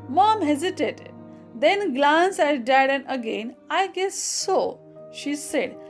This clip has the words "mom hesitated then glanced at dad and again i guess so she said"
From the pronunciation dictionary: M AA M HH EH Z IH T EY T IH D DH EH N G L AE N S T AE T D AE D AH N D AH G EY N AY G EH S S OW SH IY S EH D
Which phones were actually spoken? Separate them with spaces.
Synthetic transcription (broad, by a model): M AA M HH EH Z IH T EY T IH D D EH N G L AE N S AE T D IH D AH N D AH G EY N AY G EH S S OW SH IY S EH D